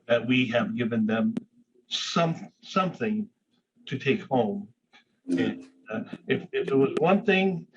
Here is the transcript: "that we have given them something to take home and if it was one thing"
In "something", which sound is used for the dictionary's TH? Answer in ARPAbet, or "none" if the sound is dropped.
TH